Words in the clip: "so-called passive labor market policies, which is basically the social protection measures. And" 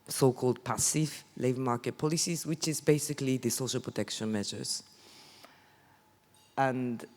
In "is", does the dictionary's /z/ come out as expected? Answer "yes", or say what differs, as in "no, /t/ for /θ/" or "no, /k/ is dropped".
yes